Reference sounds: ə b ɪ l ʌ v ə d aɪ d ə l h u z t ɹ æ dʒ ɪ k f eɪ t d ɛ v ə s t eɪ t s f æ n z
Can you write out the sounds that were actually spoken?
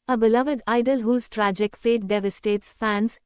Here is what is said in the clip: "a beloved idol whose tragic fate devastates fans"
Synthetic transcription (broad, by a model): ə b ɪ l ʌ v ə d aɪ d ə l h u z t ɹ æ dʒ ɪ k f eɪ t d ɛ v ə s t eɪ t s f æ n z